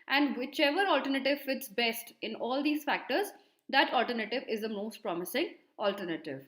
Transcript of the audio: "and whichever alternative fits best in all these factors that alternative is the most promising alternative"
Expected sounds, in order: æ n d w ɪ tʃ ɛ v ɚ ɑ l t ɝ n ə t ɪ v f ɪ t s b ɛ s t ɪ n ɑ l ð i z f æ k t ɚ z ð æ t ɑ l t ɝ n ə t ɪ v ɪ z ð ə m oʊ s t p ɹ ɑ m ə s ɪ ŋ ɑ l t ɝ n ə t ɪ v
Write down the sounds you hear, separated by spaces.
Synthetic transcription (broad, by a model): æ n d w ɪ tʃ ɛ v ɚ ɑ l t ɝ n ə t ɪ v f ɪ t s b ɛ s t ɪ n ɑ l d i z f æ k t ɚ z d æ t ɑ l t ɝ n ə t ɪ v ɪ z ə m oʊ s t p ɹ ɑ m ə s ɪ ŋ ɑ l t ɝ n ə t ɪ v